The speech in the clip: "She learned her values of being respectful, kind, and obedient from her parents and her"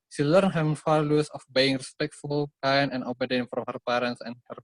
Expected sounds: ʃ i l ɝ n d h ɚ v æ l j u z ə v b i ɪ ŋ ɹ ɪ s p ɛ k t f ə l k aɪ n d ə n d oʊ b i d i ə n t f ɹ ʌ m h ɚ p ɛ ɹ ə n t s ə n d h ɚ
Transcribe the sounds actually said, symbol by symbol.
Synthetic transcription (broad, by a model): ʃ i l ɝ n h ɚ f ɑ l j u s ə f b i ɪ ŋ ɹ ɪ s p ɛ k t f ə l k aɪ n ə n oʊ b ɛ d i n f ɹ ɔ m h ɚ p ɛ ɹ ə n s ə n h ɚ